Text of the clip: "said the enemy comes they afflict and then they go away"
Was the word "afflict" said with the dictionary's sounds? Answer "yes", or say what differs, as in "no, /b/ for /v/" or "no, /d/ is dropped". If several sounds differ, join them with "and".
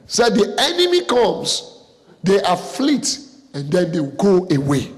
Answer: no, /k/ is dropped